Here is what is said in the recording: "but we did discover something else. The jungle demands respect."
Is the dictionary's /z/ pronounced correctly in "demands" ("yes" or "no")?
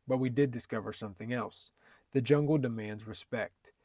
yes